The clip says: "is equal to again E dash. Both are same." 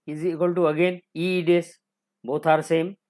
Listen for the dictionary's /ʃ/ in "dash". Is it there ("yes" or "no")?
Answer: no